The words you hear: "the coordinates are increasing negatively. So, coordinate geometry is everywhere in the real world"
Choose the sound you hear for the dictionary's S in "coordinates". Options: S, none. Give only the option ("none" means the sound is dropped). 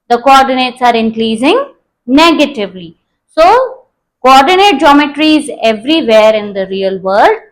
S